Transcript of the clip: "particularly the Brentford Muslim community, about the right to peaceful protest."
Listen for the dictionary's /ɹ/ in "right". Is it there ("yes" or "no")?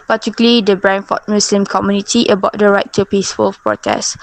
yes